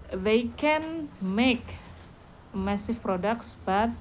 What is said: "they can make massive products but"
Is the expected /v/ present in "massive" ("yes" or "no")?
no